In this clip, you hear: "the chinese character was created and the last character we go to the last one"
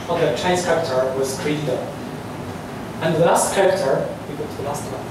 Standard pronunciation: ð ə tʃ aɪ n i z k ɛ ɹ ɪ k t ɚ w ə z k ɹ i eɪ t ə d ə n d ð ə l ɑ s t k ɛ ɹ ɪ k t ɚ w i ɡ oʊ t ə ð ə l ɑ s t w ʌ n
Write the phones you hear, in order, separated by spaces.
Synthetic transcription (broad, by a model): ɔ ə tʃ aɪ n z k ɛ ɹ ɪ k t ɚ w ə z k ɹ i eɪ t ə ə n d ð ə l ɑ s t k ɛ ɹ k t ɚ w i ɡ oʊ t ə ð ə l ɑ s t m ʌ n